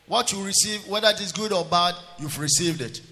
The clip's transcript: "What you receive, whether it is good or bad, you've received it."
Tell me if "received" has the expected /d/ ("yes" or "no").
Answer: yes